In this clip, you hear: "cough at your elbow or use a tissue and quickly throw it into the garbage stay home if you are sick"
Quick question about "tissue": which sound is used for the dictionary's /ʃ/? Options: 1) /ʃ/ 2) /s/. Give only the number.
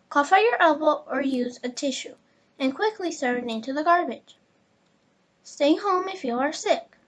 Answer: 1